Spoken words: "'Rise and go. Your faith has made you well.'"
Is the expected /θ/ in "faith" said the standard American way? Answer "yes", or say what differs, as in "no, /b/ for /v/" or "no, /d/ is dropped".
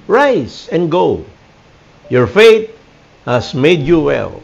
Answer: no, /t/ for /θ/